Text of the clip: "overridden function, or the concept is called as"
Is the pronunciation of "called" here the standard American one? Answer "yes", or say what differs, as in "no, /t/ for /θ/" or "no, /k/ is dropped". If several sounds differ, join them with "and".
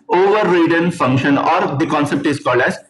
yes